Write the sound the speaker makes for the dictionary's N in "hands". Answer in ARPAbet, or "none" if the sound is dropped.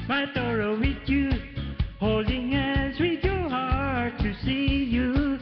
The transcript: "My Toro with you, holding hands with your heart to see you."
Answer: none